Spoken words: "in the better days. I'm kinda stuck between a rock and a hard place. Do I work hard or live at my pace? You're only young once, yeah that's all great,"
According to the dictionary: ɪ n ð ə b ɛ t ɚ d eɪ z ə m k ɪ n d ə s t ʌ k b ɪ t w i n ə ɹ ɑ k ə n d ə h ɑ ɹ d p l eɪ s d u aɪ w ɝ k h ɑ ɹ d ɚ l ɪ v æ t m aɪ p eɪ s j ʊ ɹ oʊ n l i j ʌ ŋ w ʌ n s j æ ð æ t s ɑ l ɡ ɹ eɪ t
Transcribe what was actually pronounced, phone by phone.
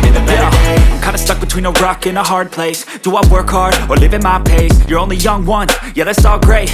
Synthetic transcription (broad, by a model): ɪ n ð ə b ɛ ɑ ə m k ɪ n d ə s t ʌ k b ɪ t w i n ə ɹ ɑ k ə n ə h ɑ ɹ d p l eɪ s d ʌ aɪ w ɝ k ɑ ɹ ɚ l ɪ v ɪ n m aɪ p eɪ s j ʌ ɹ oʊ n l i j ʌ ŋ w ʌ n j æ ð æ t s ɑ l ɡ ɹ eɪ t